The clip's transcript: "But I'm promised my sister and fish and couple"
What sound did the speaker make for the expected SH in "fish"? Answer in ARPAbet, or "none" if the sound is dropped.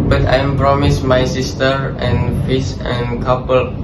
S